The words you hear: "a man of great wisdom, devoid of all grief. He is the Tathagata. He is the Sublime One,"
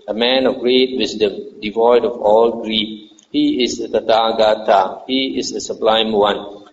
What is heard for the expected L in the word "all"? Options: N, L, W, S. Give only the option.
L